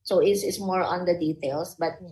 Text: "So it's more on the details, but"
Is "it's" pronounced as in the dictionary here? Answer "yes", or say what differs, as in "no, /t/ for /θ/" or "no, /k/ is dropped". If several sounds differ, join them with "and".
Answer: no, /s/ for /t/